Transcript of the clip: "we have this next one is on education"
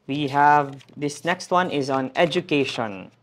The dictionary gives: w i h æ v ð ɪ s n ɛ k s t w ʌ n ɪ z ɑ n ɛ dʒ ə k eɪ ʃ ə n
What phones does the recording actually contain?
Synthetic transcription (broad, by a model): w i h æ v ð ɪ s n ɛ k s t w ʌ n ɪ z ɑ n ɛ dʒ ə k eɪ ʃ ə n